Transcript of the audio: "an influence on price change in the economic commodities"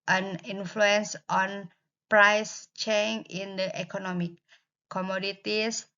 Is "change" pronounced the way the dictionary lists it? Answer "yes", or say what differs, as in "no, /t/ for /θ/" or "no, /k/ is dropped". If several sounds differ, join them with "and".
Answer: no, /dʒ/ is dropped